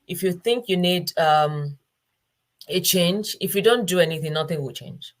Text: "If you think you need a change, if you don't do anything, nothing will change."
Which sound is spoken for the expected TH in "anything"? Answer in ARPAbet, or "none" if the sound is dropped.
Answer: TH